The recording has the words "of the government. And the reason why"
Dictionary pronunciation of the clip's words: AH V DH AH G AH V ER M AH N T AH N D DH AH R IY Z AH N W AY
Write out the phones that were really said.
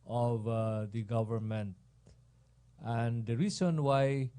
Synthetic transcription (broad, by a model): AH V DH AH G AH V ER M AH N T AH N D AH R IY S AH N W AY